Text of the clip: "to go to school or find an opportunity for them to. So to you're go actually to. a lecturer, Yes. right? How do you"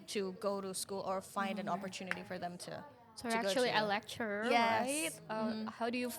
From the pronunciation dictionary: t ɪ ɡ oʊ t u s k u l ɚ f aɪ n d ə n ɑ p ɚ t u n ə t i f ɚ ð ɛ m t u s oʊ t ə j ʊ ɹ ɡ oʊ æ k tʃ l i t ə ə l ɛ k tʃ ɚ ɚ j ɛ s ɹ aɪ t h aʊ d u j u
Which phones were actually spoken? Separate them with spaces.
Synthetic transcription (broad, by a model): t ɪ ɡ oʊ t u s k u l ɚ f aɪ n d ə n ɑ p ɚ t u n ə t i f ɚ ð ɛ m t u s oʊ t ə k ɡ oʊ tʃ i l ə ə l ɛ k tʃ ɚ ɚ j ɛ ɹ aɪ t h aʊ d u j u